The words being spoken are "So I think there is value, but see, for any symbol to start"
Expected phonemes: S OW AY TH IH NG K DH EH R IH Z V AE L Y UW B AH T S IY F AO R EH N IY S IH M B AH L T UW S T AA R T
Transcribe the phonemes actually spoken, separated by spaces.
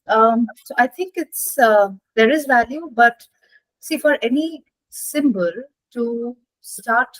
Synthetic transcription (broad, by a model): S OW AY T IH NG K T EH R IH Z V AE L Y UW B AH T S IY F AO R EH N IY S IH M B AH L T UW S T AA R T